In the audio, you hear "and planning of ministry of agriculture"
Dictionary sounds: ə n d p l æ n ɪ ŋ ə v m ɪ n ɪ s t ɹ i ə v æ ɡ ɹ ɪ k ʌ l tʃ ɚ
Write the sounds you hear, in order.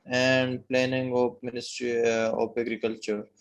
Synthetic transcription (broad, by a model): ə n d p l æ n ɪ ŋ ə p m ɪ n ɪ s t ɹ i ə p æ ɡ ɹ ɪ k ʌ l tʃ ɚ